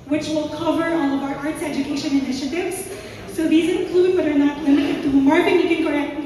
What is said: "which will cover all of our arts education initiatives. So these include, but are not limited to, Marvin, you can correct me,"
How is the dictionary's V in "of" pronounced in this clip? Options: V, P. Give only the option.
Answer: V